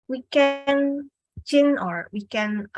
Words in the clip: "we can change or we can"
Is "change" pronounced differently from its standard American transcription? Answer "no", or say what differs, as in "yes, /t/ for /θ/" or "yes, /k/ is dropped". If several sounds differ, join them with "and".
yes, /dʒ/ is dropped